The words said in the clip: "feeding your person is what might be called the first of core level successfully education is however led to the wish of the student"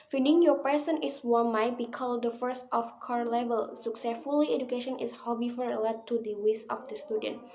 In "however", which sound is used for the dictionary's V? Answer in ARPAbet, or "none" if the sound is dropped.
F